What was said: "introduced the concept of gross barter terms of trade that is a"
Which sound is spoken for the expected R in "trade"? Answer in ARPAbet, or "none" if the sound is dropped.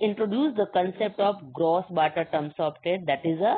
none